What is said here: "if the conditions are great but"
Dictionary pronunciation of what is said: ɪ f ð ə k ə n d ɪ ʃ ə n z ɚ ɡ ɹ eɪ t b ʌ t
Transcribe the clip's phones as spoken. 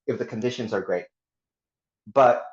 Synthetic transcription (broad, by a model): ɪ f ð ə k ə n d ɪ ʃ ə n z ɚ ɡ ɹ eɪ t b ʌ t